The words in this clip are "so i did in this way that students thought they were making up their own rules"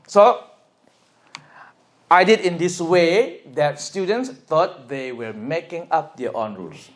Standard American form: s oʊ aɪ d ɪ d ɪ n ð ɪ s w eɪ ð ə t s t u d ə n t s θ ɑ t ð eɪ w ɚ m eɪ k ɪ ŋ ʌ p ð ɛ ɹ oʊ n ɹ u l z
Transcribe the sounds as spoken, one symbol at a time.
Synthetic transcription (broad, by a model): s oʊ aɪ d ɪ d ɪ n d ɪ s w eɪ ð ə t s t u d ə n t s t ɑ t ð eɪ w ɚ m eɪ k ɪ ŋ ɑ p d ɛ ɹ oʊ n ɹ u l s